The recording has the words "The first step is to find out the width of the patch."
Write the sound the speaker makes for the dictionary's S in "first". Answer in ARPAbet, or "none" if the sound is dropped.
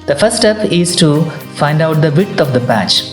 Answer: none